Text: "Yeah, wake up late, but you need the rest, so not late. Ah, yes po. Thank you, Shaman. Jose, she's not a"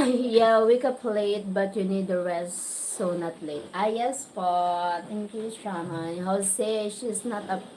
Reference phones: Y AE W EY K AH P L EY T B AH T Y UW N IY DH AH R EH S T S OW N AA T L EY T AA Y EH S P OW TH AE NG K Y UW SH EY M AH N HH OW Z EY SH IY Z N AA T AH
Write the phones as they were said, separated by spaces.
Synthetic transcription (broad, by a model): Y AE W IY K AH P L EY T B AH T Y UW N IY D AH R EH S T S OW N AA T L EY T AA Y EH S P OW T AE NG K Y UW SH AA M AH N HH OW S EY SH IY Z N AA T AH